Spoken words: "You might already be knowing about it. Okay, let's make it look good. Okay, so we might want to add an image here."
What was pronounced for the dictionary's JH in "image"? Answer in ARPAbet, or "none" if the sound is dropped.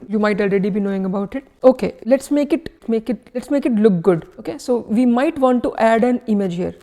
JH